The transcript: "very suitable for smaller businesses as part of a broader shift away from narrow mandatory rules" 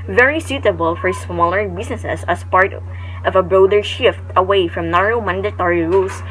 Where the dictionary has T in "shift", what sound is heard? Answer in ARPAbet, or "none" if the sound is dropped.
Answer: T